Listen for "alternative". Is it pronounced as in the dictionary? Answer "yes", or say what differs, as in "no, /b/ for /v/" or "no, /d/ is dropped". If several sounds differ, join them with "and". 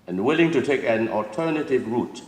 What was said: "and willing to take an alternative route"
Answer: yes